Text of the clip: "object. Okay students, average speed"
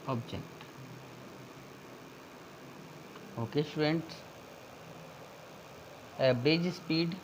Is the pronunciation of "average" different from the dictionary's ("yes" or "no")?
yes